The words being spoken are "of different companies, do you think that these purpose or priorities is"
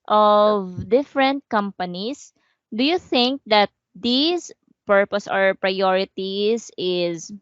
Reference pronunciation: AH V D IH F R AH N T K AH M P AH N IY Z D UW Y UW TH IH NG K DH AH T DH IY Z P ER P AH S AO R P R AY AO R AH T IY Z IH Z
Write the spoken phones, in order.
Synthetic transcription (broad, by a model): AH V D IH F R AH N T K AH M P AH N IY S D UW Y UW TH IH NG K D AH T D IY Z P ER P AH S AO R P R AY AO R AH T IY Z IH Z